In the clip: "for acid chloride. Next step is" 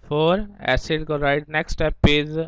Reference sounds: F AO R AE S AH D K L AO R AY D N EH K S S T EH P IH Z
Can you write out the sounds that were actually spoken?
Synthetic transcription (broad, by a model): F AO R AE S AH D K AO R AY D N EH K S S T EH P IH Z